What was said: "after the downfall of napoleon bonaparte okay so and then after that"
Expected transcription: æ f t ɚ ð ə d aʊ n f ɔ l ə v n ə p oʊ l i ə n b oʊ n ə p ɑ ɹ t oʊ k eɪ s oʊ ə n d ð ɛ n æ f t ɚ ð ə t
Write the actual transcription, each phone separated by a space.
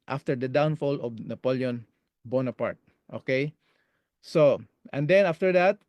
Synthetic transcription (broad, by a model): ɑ f t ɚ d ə d aʊ n f ɔ l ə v n ə p oʊ l i ə n b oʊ n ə p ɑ ɹ t oʊ k eɪ s oʊ ə n d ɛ n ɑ f t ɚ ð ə t